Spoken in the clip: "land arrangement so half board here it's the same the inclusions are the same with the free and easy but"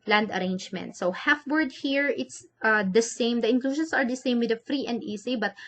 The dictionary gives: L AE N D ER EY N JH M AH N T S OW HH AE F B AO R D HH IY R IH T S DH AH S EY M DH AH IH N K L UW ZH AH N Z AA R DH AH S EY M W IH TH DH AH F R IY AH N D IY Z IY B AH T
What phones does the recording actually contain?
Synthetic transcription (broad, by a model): L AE N D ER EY N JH M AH N T S OW HH AE F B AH R D HH IY R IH T S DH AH S EY M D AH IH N K L UW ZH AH N S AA R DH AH S EY M W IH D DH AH F R IY AH N D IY S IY B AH T